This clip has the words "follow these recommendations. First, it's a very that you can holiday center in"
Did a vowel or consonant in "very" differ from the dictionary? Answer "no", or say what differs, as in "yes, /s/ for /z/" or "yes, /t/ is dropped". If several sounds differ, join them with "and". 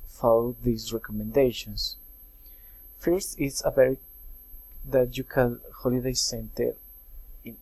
yes, /b/ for /v/